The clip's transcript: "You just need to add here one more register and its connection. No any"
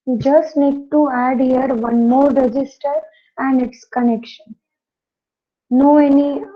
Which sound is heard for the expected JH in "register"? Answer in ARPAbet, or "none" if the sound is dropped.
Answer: JH